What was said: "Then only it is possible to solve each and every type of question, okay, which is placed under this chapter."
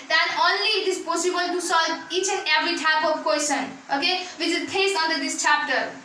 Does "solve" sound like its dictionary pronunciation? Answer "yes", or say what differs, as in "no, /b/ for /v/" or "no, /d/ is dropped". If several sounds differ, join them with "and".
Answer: no, /v/ is dropped